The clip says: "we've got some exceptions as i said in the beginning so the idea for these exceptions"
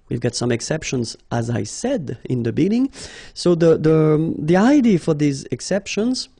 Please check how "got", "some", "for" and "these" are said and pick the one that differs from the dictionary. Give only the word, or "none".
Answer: none